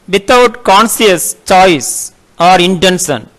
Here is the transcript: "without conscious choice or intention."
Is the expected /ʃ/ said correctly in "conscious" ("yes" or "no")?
no